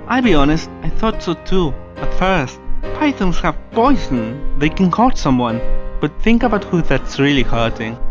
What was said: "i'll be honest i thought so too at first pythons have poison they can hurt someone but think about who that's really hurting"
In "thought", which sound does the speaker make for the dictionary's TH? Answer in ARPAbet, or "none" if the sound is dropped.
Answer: TH